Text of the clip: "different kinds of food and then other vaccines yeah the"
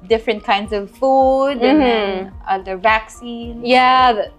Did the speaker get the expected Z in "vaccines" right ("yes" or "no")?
no